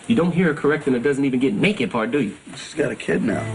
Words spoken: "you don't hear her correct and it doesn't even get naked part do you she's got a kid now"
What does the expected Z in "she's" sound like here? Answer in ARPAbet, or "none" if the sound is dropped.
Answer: S